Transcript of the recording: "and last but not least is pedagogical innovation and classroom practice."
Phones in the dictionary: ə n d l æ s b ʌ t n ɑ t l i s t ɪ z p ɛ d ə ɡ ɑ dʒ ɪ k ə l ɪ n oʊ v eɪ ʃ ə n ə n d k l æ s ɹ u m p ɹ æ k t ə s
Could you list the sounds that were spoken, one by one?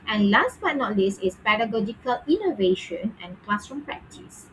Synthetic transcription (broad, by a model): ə n l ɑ s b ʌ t n ɑ t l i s ɪ s p ɛ d ə ɡ ɑ dʒ ɪ k ə l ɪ n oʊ v eɪ ʃ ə n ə n k l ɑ s ɹ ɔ m p ɹ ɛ k t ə s